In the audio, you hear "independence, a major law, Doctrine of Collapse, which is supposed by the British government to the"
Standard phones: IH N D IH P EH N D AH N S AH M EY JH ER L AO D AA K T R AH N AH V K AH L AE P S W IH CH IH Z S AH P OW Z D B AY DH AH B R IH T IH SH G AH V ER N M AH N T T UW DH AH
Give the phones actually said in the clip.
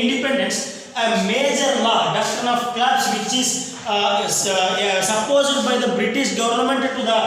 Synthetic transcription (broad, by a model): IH N D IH P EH N D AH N S AH M EY JH ER L AO D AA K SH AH N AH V K L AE B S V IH CH IH Z S AH P OW Z D B AY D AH B R IH T IH SH G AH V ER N M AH N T T UW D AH